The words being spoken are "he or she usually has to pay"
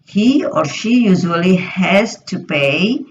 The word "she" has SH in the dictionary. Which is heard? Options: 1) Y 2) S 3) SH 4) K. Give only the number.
3